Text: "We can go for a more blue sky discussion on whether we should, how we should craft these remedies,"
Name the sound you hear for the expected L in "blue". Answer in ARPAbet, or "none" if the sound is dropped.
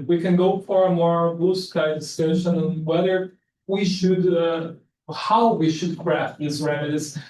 none